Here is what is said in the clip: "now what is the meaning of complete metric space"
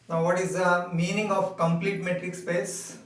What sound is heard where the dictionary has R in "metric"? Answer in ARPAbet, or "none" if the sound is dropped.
R